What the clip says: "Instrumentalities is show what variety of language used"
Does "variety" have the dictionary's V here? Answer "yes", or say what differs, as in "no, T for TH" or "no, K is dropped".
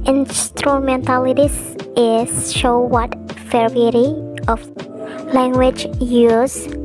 no, F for V